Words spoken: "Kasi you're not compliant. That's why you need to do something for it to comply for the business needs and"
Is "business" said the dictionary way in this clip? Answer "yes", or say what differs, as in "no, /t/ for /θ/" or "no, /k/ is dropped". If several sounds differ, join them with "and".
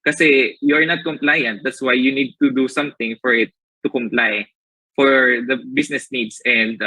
no, /s/ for /z/